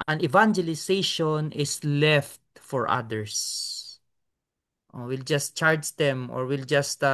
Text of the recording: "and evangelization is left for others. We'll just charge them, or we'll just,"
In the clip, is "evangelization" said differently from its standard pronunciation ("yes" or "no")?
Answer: yes